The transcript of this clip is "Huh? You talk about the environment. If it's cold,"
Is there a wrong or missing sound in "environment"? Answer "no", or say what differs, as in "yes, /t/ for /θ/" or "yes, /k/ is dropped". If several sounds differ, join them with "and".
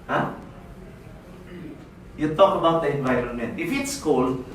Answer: no